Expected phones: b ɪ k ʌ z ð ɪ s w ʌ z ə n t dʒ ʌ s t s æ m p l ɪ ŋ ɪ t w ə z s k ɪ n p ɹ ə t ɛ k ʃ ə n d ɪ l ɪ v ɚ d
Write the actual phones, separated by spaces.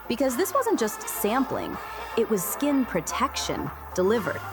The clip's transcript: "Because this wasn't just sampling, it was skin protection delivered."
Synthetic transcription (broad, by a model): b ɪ k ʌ z ð ɪ s w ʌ z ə n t dʒ ʌ s t s æ m p l ɪ ŋ ɪ t w ə z s k ɪ n p ɹ ə t ɛ k ʃ ə n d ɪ l ɪ v ɚ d